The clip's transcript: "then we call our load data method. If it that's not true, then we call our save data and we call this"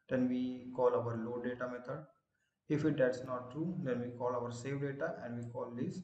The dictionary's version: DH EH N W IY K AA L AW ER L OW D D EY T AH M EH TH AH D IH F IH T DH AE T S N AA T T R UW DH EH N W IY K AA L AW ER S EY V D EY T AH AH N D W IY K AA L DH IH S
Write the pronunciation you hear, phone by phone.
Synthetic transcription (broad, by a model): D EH N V IY K AA L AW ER L OW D D EY T AH M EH T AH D IH F IH T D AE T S N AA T T R UW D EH N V IY K AA L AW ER S EY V D EY T AH AH N D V IY K AA L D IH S